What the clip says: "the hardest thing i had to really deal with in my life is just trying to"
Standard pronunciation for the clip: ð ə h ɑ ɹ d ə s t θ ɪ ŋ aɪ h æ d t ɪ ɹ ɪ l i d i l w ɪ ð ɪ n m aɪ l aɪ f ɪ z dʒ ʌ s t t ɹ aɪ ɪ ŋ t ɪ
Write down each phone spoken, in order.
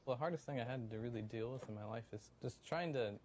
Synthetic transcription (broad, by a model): ð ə h ɑ ɹ d ə s t θ ɪ ŋ aɪ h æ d t ɪ ɹ ɪ l i d i l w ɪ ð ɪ n m aɪ l aɪ f ɪ z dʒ ʌ s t t ɹ aɪ ɪ ŋ t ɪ